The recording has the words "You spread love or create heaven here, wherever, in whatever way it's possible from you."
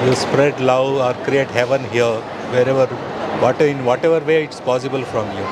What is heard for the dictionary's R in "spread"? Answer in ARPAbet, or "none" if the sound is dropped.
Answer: R